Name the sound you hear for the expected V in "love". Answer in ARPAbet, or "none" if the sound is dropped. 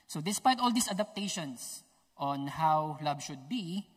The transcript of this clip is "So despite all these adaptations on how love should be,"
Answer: B